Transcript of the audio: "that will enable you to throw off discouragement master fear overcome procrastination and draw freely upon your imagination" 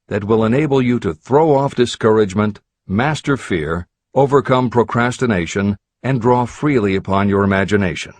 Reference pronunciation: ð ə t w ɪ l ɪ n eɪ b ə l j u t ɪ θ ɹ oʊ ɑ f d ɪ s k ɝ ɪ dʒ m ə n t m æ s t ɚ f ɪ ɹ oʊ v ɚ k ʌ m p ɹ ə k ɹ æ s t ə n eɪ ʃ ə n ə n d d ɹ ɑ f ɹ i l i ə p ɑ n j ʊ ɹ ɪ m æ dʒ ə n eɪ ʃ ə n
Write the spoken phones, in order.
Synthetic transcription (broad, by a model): ð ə t w ɪ l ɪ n eɪ b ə l j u t ɪ θ ɹ oʊ ɑ f d ɪ s k ɝ ɪ dʒ m ə n t m æ s t ɚ f ɪ ɹ oʊ v ɚ k ʌ m p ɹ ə k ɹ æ s t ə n eɪ ʃ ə n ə n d d ɹ ɑ f ɹ i l i ə p ɑ n j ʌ ɹ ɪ m æ dʒ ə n eɪ ʃ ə n